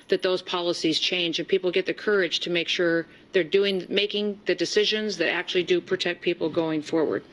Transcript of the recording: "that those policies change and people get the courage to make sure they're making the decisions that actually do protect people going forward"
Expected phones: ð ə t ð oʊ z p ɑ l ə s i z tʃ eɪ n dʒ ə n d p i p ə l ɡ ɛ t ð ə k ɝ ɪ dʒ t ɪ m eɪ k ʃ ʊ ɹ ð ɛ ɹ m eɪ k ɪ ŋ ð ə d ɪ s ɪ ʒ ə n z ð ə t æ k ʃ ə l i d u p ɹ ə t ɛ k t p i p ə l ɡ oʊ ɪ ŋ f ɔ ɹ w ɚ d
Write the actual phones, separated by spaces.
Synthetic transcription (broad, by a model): ð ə t ð oʊ z p ɑ l ə s i z tʃ eɪ n dʒ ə n p i p l ɡ ɛ t ð ə k ɝ ɪ dʒ t ɪ m eɪ k ʃ ʊ ɹ ð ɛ ɹ m eɪ k ɪ ŋ ð ə d ɪ s ɪ ʒ ə n z ð ə t æ k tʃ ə l i d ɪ p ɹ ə t ɛ k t p i p l ɡ oʊ ɪ ŋ f ɔ ɹ w ɚ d